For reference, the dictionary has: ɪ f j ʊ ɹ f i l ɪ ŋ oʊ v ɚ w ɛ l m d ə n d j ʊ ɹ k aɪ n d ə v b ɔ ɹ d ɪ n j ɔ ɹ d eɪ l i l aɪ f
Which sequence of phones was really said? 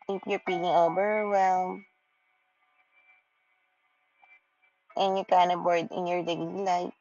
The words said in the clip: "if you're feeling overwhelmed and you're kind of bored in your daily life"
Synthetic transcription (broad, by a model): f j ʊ ɹ p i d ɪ ŋ oʊ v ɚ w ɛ l m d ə n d j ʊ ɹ k aɪ n d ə b ɔ ɹ d ɪ n j ɔ ɹ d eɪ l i l aɪ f